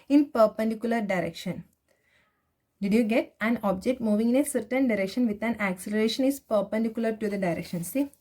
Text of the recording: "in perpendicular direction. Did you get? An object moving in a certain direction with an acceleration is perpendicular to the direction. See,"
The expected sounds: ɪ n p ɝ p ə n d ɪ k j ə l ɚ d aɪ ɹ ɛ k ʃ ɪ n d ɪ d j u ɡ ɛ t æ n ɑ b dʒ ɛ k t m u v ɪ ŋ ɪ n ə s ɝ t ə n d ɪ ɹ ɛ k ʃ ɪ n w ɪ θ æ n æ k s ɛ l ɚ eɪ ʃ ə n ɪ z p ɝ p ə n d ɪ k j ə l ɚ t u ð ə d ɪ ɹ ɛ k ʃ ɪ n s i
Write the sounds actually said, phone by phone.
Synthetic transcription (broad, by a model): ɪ n p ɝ p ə n d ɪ k j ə l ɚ d aɪ ɹ ɛ k ʃ ɪ n d ɪ d j u ɡ ɛ t æ n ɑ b dʒ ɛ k t m u v ɪ ŋ ɪ n ə s ɝ t ə n d ɪ ɹ ɛ k ʃ ɪ n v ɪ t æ n æ k s ɛ l ɚ eɪ ʃ ə n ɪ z p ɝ p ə n d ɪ k j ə l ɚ t u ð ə d ɪ ɹ ɛ k ʃ ɪ n s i